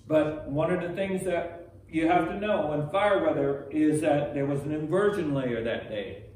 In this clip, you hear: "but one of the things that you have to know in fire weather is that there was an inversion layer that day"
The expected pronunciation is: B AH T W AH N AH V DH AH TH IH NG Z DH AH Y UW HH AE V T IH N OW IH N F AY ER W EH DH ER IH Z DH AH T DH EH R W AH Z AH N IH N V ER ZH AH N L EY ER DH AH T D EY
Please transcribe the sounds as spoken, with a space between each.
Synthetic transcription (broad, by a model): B AH T W AH N AH V DH AH TH IH NG Z DH AH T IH HH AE F T IH N OW IH N F AY ER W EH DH ER IH Z DH AH T DH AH R W AH Z N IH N V ER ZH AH N L EY ER DH AH T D EY